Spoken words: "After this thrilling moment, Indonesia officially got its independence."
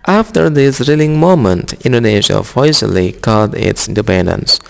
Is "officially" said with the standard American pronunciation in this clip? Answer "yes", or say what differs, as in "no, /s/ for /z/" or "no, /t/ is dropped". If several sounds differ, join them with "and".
no, /s/ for /ʃ/